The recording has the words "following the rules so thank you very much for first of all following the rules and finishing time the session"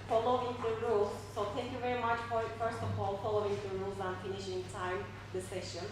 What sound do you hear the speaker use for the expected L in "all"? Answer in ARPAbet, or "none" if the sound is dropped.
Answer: L